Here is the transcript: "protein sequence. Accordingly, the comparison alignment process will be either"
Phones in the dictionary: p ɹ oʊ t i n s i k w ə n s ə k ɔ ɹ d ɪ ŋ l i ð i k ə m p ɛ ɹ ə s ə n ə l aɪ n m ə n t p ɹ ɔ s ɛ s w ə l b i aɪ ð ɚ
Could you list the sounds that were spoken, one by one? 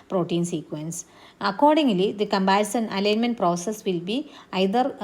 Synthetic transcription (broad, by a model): p ɹ oʊ t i n s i k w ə n s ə k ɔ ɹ d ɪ ŋ l i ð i k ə m b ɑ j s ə n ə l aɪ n m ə n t p ɹ ɔ s ɛ s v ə l b i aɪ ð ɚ